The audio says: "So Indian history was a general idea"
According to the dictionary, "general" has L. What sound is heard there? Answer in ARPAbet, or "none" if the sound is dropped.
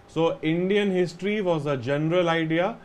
L